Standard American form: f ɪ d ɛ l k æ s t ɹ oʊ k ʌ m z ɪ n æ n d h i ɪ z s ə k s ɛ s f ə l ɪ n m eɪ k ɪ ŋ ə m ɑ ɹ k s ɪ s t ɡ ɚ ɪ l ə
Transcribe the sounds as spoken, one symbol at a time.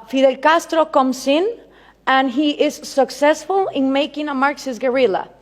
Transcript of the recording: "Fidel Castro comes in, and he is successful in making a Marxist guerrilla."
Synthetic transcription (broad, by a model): f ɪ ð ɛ l k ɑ s t ɹ oʊ k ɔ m s ɪ n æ n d h i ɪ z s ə k s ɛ s f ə l ɪ n m eɪ k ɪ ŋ ə m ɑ ɹ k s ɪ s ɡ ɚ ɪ l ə